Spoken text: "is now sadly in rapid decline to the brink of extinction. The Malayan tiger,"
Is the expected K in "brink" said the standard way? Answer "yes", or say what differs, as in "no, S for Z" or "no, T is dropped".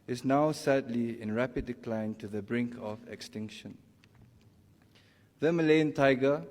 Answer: yes